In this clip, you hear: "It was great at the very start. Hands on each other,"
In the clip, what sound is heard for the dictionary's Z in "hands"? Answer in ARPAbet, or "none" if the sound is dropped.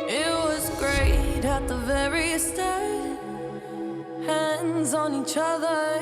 Z